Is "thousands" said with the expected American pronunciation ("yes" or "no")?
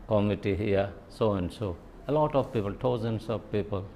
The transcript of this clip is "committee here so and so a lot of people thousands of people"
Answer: no